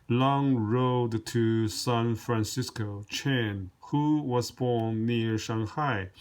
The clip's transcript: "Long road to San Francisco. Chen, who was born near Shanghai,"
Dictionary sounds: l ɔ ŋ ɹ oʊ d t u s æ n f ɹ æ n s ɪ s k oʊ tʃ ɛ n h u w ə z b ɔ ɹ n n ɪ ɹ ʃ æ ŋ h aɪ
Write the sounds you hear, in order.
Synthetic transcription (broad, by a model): l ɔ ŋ ɹ oʊ d t u s æ n f ɹ æ n s ɪ s k oʊ tʃ ɛ n h u w ə z b ɔ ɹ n n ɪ ɹ ʃ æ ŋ h aɪ